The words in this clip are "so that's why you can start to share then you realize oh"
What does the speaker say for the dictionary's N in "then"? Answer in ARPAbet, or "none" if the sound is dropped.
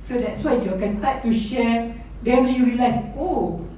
L